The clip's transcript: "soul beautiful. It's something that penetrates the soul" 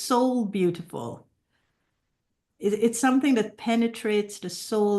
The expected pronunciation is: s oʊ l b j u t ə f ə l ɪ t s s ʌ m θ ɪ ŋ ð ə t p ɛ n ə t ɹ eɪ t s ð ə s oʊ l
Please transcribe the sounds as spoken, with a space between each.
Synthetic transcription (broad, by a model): s oʊ l b j u t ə f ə l ɪ t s s ʌ m θ ɪ ŋ ð ə t p ɛ n ə t ɹ eɪ t s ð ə s oʊ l